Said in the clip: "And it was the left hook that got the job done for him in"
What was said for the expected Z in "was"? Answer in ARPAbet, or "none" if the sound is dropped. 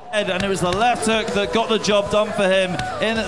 Z